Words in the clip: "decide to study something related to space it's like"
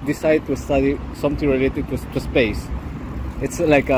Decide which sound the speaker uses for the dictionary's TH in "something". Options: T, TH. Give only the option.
T